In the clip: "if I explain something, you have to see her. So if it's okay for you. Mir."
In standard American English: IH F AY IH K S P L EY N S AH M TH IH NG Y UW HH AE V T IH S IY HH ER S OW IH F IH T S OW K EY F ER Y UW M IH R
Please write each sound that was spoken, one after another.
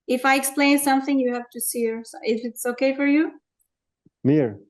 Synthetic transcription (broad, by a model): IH F AY IH K S P L EY N S AH M TH IH NG Y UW HH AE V T IH S IY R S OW IH F IH T S OW K EY F ER Y UW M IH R